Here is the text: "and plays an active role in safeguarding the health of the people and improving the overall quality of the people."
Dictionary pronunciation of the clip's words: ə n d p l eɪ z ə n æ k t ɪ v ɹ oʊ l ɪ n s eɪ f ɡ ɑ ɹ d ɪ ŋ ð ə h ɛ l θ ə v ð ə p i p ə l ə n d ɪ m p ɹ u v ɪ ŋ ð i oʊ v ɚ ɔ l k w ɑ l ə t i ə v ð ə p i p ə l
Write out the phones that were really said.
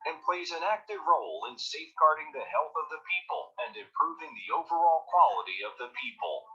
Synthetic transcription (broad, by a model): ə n p l eɪ z ə n æ k t ɪ v ɹ oʊ l ɪ n s eɪ f ɡ ɑ ɹ d ɪ ŋ ð ə h ɛ l θ ə v ð ə p i p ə l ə n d ɪ m p ɹ u v ɪ ŋ ð i oʊ v ɚ ɔ l k w ɑ l ə t i ə v ð ə p i p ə l